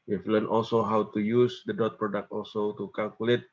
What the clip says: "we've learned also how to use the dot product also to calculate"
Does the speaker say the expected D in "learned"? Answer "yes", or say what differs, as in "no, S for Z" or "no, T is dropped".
no, D is dropped